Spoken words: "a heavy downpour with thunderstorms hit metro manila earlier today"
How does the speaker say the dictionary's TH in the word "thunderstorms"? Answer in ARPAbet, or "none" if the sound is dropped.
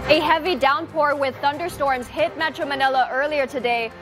TH